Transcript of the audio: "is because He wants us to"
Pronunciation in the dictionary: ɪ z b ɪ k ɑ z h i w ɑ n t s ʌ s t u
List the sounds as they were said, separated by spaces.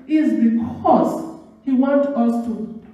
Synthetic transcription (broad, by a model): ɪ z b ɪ k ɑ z h i w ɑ n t ʌ s t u